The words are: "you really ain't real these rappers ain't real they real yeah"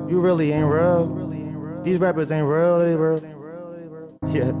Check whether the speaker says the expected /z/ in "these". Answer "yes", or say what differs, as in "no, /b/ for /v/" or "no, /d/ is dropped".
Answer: yes